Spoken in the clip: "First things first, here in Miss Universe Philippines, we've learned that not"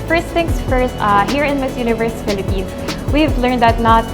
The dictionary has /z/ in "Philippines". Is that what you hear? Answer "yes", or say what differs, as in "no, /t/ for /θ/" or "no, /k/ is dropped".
no, /s/ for /z/